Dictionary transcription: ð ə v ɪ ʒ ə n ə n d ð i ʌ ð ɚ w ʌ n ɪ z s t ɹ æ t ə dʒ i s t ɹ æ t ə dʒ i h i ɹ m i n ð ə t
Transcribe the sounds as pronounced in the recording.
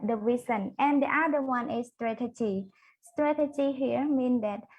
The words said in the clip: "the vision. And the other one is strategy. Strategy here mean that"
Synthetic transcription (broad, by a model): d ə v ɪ s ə n ə n d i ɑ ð ɚ w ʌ n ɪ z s t ɹ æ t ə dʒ i s t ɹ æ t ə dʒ i h i ɹ m i n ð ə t